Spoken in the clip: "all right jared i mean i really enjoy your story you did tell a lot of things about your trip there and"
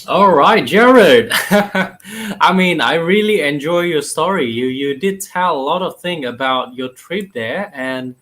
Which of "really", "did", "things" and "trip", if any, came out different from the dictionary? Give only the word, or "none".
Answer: things